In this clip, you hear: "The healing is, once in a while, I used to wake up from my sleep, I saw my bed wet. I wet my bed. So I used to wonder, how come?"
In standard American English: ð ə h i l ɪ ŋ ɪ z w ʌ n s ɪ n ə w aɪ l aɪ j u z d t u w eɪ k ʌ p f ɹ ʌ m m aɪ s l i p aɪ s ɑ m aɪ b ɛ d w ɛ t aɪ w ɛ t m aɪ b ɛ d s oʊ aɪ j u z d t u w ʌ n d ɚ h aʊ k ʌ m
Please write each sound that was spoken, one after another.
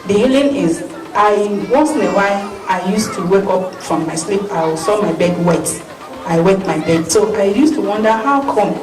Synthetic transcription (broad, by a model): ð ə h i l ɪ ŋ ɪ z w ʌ s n ə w aɪ aɪ j u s t u w eɪ k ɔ p f ɹ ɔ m m aɪ s l i p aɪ s ɑ m aɪ b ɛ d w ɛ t aɪ w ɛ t m aɪ b ɛ d s oʊ aɪ j u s t u w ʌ n d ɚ h aʊ k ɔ m